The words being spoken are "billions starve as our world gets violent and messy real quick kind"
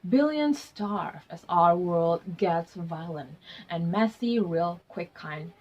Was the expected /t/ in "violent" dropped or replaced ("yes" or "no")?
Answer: no